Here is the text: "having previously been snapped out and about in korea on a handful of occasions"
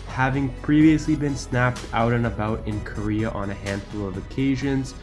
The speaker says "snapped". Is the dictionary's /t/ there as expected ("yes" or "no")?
yes